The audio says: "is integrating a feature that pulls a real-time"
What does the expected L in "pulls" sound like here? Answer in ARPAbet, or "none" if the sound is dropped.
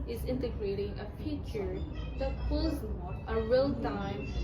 none